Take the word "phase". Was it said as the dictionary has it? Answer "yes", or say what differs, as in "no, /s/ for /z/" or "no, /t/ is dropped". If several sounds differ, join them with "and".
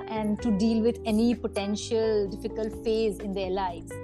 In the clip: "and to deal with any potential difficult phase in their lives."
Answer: yes